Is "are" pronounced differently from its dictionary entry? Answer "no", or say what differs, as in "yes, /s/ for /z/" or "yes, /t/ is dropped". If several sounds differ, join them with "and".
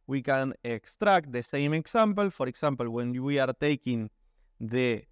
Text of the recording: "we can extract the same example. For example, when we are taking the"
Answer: no